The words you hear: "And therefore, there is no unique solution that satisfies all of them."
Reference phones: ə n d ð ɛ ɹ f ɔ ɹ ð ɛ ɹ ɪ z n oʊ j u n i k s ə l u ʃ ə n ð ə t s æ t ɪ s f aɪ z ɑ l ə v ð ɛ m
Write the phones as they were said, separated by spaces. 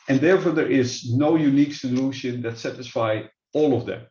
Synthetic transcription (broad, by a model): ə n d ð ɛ ɹ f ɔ ɹ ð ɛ ɹ ɪ z n oʊ j u n i k s ə l u ʃ ə n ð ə t s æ t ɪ s f aɪ ɑ l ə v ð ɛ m